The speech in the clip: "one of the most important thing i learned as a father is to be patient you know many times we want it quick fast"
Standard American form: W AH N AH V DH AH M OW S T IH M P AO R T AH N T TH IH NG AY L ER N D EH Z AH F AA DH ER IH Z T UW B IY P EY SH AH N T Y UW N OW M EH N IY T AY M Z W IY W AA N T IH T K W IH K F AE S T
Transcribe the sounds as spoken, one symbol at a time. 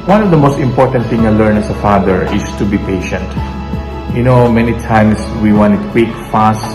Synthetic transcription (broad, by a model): W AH N AH V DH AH M OW S T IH M P AO R T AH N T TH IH NG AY L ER N EH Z AH F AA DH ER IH S T UW B IY P EY SH AH N T Y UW N OW M EH N IY T AY M S W IY W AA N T IH T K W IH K F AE S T